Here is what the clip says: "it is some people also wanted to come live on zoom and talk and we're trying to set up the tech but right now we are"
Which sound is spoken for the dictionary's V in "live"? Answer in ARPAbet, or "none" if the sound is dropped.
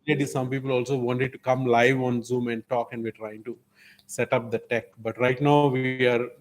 V